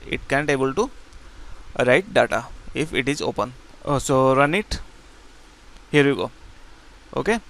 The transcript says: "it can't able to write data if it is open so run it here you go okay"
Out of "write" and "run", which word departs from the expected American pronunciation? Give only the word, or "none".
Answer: none